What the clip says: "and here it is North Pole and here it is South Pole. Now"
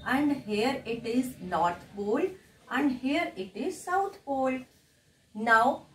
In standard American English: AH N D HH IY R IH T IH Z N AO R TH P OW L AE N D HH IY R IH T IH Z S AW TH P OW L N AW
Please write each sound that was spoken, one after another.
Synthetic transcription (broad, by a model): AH N D HH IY R IH T IH Z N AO R T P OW L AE N D HH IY R IH T IH Z S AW T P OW L N AW